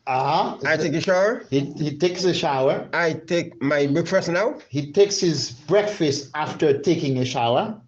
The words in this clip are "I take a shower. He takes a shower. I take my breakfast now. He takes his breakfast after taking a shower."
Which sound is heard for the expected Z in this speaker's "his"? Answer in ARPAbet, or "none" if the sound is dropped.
Z